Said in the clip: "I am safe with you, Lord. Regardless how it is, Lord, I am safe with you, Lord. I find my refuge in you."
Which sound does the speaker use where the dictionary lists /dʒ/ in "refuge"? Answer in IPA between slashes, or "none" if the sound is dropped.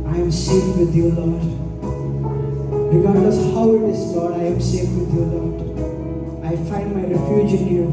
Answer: /dʒ/